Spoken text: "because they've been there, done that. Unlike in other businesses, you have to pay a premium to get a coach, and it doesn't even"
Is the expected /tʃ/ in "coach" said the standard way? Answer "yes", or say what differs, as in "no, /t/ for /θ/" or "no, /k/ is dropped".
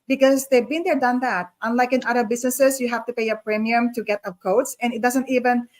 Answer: no, /s/ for /tʃ/